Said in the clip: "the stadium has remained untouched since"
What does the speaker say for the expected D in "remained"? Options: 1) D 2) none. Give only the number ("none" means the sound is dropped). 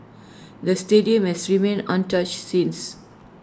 2